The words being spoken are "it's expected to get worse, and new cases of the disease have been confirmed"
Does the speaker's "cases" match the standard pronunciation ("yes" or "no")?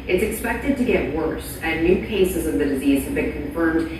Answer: yes